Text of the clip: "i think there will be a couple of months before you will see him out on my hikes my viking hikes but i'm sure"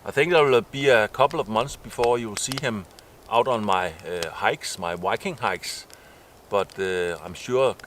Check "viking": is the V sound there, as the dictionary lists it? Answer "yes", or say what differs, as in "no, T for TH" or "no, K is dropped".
no, W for V